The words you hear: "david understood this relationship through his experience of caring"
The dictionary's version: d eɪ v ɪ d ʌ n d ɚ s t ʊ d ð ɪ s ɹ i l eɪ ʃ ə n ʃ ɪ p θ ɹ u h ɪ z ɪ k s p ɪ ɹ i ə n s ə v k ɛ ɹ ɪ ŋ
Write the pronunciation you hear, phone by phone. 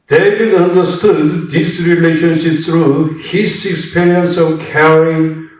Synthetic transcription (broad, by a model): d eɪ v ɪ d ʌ n d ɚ s t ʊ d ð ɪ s ɹ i l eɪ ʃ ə n ʃ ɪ p s ɹ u h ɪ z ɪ k s p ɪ ɹ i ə n s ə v k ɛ ɹ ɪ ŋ